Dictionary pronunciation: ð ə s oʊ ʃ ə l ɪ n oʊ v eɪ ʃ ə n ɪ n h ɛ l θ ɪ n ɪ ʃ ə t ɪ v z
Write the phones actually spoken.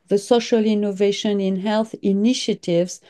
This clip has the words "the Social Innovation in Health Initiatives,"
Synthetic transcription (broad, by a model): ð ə s oʊ ʃ ə l ɪ n oʊ v eɪ ʃ ə n ɪ n h ɛ l θ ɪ n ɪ ʃ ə t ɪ v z